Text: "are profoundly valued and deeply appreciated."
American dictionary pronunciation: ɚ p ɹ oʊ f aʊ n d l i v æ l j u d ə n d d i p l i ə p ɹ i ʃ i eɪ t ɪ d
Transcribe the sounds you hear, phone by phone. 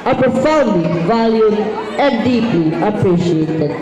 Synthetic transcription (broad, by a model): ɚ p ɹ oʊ f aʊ n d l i v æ l j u ə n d d i p l i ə p ɹ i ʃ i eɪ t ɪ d